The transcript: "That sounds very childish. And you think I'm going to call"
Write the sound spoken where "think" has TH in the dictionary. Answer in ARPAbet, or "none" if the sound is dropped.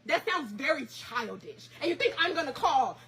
TH